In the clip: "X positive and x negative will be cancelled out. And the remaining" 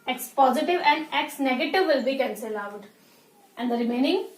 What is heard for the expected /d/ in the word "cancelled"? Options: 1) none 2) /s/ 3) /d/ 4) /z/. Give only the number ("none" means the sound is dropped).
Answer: 1